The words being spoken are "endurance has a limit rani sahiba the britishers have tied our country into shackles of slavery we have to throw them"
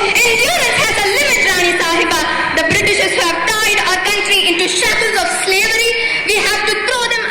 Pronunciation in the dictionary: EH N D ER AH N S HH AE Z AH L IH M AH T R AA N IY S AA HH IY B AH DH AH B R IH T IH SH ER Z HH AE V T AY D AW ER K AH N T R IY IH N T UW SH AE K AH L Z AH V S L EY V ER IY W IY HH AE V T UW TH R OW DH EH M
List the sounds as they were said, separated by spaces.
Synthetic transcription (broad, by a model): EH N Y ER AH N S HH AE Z AH L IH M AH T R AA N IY S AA HH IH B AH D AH B R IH T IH SH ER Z HH AE V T AY D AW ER K AH N T R IY IH N T UW SH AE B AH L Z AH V S L EY V ER IY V IY HH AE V T UW T R OW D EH M